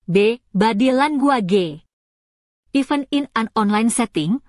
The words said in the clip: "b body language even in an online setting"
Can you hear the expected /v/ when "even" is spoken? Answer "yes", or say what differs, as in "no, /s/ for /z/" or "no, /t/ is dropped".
no, /f/ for /v/